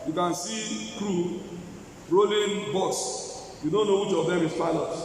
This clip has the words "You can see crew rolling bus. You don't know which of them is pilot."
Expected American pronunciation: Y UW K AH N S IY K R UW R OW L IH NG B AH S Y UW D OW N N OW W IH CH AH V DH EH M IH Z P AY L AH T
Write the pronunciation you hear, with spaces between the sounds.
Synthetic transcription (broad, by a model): Y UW K AH N S IY K R UW R OW L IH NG B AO S Y UW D OW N N OW W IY CH AH V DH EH M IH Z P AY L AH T